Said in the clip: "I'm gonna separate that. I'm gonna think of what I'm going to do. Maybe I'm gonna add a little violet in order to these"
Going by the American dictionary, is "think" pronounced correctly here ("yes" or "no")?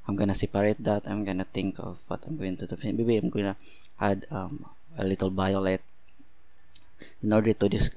no